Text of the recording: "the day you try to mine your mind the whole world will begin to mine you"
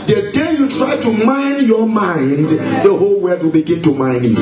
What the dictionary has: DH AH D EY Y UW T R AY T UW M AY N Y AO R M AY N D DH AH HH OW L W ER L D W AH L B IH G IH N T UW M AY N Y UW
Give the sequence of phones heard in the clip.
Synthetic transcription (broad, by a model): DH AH D EY Y UW T R AY T UW M AY N Y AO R M AY N D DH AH HH OW L W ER D W AH L B IH G IH N T UW M AY N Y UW